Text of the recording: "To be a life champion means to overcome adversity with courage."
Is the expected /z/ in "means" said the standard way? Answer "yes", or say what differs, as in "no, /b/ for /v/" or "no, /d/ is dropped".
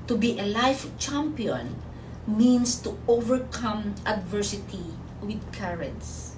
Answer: no, /s/ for /z/